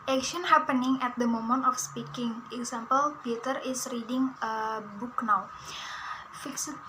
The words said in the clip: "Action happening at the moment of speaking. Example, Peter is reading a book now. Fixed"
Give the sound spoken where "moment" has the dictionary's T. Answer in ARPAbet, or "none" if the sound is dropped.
T